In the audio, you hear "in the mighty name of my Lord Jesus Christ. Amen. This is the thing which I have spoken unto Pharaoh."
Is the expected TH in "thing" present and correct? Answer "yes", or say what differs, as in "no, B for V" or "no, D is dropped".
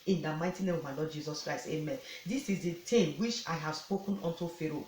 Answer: no, T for TH